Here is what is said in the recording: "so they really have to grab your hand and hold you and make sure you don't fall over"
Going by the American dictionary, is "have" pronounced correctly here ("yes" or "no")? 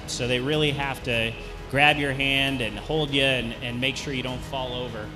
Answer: no